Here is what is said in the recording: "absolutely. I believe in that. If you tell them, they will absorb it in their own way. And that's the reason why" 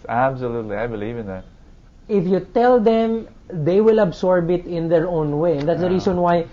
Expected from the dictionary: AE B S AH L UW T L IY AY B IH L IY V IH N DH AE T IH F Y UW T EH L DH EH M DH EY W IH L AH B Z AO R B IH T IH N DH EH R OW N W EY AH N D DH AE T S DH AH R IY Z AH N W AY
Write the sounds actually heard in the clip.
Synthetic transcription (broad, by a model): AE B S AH L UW T L IY AY B IH L IY V IH N DH AE T IH F Y UW T EH L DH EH M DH EY W IH L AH B S AO R B IH T IH N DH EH R OW N W EY AH N D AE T S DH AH R IY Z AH N W AY